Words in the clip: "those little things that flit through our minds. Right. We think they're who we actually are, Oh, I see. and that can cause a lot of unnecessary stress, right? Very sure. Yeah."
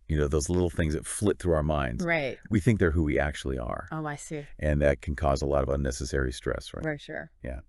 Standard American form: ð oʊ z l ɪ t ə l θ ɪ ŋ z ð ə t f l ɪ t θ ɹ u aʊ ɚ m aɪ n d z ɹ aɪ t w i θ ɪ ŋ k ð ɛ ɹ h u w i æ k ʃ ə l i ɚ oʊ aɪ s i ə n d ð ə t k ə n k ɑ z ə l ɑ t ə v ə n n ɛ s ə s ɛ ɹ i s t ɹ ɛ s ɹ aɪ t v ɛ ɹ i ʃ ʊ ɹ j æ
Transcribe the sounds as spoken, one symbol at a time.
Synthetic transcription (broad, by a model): ð oʊ z l ɪ t l θ ɪ ŋ z ð ə t f l ɪ t θ ɹ u aʊ ɚ m aɪ n d z ɹ aɪ t w i θ ɪ ŋ k ð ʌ ɹ h u w i æ k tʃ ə l i ɚ oʊ aɪ s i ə n ð ə t k n k ɑ z ə l ɑ t ə v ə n n ɛ s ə s ɛ ɹ i s t ɹ ɛ s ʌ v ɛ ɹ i ʃ ʊ ɹ j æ